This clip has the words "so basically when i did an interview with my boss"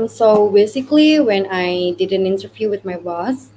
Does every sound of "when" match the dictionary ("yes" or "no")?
yes